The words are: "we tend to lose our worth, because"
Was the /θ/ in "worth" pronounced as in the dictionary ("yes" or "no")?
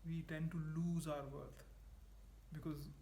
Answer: no